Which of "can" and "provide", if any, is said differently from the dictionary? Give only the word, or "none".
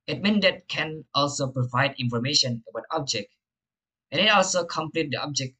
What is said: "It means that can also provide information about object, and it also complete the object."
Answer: none